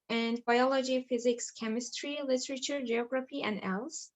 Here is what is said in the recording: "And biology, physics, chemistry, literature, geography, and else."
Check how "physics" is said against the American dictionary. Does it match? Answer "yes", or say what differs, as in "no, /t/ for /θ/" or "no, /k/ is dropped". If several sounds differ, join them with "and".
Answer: yes